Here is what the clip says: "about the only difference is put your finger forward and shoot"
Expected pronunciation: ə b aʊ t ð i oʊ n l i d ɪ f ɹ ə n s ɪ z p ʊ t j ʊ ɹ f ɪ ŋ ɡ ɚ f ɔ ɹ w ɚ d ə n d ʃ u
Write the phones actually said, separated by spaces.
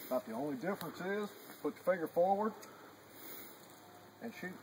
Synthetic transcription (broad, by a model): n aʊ t ð i oʊ n l i d ɪ f ɹ ə n s ɪ z p ʊ t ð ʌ f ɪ ɡ ɚ f ɔ ɹ w ɚ d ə n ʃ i